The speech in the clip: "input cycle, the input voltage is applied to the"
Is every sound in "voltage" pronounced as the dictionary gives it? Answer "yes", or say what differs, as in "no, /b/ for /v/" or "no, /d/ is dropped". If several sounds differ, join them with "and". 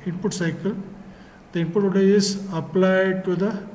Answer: no, /l/ is dropped and /dʒ/ is dropped